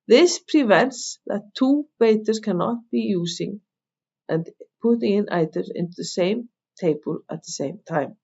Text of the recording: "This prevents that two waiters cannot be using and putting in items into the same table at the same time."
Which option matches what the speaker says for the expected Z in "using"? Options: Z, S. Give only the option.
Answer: S